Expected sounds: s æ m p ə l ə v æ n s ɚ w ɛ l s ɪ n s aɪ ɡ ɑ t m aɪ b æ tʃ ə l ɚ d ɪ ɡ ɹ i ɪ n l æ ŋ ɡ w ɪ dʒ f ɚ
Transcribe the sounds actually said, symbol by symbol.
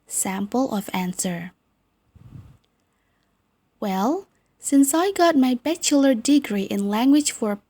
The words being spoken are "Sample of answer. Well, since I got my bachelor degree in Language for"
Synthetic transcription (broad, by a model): s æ m p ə l ə v æ n s ɚ w ɛ l s ɪ n s aɪ ɡ ɑ t m aɪ b æ tʃ ə l ɚ d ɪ ɡ ɹ i ɪ n l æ ŋ ɡ w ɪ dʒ f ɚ